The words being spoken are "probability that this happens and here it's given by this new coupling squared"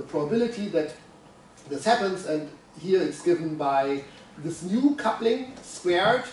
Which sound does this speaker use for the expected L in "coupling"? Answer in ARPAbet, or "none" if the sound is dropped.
L